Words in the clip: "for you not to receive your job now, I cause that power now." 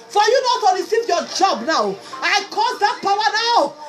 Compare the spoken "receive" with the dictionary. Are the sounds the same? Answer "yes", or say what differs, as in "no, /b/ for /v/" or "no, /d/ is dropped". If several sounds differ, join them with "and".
no, /l/ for /ɹ/